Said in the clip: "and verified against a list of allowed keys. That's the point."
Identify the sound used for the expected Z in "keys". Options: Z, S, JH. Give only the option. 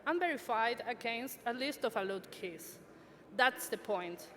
S